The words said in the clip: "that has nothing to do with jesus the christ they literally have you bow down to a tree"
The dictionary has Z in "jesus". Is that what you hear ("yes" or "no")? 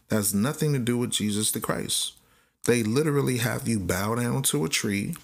yes